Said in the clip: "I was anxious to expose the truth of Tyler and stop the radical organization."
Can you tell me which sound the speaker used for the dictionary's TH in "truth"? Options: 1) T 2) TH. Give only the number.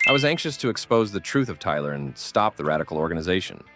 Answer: 2